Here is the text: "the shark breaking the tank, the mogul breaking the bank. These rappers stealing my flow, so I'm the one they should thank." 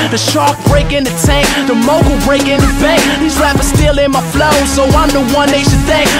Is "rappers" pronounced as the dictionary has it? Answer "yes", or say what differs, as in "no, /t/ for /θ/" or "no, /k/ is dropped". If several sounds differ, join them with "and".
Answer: no, /l/ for /ɹ/